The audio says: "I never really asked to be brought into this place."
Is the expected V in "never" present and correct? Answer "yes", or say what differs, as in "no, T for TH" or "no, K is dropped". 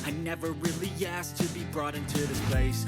yes